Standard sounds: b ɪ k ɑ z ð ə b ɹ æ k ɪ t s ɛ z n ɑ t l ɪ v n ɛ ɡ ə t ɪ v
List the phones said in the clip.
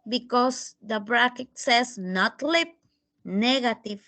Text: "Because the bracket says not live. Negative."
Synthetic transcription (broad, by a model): b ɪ k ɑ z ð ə b ɹ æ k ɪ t s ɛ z n ɑ t l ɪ p n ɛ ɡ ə t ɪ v